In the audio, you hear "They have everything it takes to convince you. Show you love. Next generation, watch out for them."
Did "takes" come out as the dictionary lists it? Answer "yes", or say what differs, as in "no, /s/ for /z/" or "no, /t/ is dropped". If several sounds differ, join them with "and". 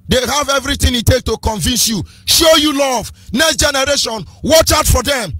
no, /s/ is dropped